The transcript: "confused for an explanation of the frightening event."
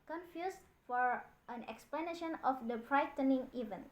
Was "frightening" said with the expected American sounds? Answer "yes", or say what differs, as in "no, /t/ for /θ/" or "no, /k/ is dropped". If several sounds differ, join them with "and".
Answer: no, /p/ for /f/